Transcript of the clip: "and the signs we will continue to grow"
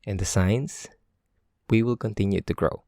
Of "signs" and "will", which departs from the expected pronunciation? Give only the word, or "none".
signs